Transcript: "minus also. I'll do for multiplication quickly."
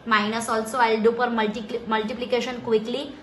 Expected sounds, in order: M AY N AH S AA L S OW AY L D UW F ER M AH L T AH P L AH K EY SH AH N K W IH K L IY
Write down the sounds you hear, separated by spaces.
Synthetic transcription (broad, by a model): M AY N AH S AA L S OW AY L D UW P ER M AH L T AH P L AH K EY SH AH N K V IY K L IY